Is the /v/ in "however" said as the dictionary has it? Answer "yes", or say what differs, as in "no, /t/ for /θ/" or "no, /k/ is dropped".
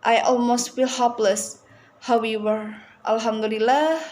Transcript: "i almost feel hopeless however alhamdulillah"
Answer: no, /w/ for /v/